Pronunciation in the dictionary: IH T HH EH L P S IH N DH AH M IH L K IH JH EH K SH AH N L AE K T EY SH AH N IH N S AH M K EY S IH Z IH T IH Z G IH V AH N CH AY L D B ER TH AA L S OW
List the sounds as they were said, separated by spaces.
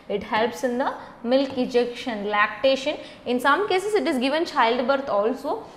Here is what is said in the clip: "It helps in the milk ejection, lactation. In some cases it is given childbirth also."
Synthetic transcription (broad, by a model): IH T HH EH L P S IH N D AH M IH L K IH JH EH K SH AH N L AE K T EY SH AH N IH N S AH M K EY S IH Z IH T IH Z G IH V AH N CH AY L D B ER T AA L S OW